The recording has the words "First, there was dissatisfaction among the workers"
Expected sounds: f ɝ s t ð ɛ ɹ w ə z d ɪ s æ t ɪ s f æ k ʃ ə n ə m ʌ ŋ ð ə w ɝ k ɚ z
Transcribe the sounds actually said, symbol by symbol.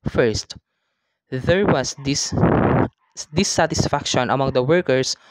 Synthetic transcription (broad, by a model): f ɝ s t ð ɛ ɹ w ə s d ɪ s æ t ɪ s f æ k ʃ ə n ə m ʌ ŋ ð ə w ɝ k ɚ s